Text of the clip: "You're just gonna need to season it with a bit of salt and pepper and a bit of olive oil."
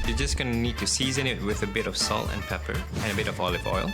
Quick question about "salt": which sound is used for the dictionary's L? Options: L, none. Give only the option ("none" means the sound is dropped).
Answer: L